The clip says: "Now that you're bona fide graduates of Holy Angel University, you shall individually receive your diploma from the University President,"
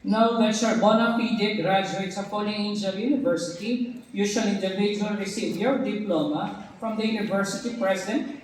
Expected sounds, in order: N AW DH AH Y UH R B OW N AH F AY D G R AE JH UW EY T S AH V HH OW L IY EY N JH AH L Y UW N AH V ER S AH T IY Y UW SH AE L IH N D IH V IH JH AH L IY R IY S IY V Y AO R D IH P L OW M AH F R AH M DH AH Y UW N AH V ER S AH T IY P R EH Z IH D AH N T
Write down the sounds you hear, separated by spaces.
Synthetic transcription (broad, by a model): N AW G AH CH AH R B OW N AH P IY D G R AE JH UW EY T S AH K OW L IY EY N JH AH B Y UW N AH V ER S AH T IY Y UW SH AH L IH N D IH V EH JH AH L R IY S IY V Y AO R D IH P L OW M AH F R AH M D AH Y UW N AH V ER S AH T IY P R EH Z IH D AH N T